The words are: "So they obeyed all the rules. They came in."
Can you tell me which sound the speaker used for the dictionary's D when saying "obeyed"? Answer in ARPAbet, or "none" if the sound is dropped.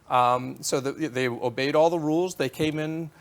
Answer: D